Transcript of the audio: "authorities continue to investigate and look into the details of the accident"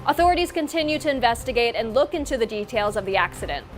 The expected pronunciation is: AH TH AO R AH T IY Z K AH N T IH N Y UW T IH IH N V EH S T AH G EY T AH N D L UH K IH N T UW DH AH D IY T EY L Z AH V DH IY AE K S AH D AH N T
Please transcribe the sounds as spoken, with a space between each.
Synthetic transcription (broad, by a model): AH TH AO R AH T IY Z K AH N T IH N Y UW T IH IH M V EH S T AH G EY T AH N L UH K IH N T UW DH AH D IY T EY L Z AH V DH IY AE K S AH D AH N T